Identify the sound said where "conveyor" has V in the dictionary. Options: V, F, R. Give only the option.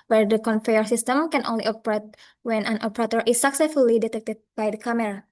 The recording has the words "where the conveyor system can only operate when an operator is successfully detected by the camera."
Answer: F